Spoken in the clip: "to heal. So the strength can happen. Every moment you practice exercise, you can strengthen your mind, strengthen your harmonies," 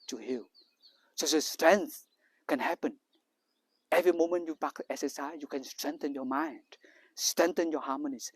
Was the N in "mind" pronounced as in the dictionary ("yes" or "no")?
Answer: yes